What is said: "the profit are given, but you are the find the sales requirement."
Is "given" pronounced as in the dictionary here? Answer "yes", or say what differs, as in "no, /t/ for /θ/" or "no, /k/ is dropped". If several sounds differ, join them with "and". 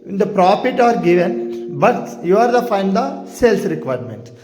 yes